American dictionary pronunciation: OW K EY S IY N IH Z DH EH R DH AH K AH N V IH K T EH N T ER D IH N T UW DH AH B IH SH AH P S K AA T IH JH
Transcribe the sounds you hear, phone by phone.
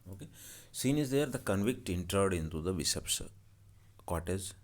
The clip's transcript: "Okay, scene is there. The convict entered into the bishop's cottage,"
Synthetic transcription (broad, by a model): OW K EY S IY N IH Z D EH R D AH K AH N V IH K T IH N T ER D IH N T UW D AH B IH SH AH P S K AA T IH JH